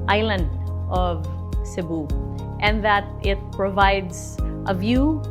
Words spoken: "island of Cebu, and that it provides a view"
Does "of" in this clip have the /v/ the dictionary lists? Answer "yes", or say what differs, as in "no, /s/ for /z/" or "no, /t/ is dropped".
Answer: yes